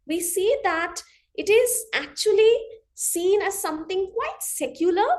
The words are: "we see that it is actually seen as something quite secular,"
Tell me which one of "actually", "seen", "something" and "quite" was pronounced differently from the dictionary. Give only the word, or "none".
something